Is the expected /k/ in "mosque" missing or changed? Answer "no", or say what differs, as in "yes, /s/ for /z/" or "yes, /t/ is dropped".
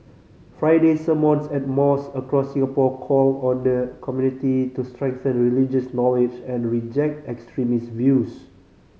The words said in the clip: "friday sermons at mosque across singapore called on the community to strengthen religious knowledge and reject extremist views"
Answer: yes, /k/ is dropped